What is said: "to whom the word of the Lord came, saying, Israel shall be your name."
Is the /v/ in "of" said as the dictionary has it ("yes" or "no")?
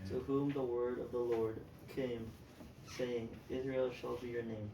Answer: yes